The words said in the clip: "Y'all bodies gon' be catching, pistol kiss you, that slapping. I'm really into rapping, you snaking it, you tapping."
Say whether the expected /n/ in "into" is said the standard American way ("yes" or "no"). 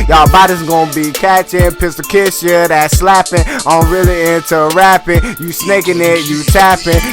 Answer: yes